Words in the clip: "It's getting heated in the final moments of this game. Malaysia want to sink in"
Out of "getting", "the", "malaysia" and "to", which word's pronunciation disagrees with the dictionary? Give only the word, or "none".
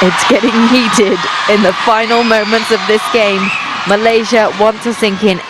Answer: to